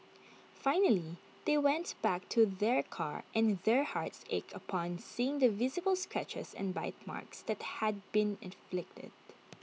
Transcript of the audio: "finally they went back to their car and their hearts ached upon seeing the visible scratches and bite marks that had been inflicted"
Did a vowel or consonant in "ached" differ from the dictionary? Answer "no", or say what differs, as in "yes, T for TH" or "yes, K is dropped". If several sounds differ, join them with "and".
yes, T is dropped